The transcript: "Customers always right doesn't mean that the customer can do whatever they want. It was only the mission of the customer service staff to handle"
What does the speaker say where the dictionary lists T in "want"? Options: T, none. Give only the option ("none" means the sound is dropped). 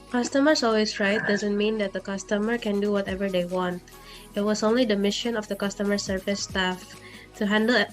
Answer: T